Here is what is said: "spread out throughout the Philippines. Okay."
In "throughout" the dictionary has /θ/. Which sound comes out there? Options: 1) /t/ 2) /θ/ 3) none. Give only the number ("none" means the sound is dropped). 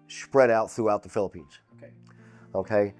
2